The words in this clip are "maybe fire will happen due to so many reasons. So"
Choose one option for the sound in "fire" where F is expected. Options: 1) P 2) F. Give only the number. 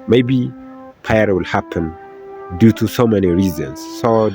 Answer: 1